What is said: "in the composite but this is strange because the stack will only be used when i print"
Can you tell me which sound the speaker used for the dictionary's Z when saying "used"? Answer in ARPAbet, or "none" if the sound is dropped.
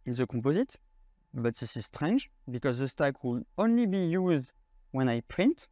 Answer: Z